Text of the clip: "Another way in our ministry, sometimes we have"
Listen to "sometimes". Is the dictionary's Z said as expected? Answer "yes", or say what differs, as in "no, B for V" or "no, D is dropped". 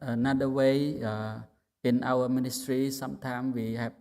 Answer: no, Z is dropped